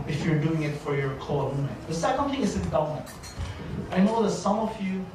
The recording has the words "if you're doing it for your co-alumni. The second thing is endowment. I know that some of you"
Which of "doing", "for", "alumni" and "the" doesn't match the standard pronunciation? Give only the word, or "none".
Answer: alumni